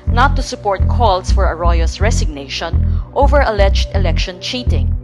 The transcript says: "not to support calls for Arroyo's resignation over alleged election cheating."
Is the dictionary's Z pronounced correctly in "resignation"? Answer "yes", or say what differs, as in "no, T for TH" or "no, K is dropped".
no, S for Z